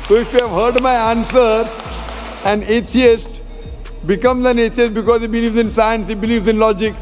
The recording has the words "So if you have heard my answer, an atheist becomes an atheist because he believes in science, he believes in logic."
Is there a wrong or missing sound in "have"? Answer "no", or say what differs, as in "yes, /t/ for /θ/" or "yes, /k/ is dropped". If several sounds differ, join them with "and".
no